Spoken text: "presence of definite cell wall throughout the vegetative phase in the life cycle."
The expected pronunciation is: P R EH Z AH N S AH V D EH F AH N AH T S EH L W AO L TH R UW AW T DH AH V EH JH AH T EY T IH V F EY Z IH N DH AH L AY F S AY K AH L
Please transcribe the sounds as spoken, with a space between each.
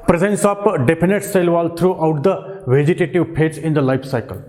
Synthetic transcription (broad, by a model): P R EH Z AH N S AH P D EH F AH N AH T S EH L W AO L T R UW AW T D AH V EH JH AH T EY T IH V P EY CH IH N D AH L AY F S AY K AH L